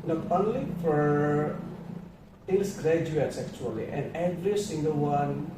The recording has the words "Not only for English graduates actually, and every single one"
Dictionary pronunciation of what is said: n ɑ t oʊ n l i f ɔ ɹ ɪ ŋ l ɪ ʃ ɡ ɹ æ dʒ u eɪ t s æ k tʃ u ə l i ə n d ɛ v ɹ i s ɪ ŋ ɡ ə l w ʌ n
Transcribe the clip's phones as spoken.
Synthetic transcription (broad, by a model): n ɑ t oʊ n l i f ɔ ɹ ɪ l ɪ s ɡ ɹ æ dʒ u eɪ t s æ k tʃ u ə l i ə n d ɛ v ɹ i s ɪ ŋ ɡ ə l w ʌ n